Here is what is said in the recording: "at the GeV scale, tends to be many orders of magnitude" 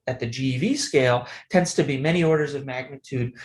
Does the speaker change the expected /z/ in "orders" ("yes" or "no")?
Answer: no